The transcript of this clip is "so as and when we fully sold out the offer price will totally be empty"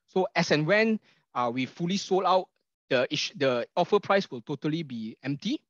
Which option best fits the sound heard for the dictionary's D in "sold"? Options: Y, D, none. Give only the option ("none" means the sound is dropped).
none